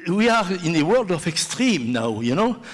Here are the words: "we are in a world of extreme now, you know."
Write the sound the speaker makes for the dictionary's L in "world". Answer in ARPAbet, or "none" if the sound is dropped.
L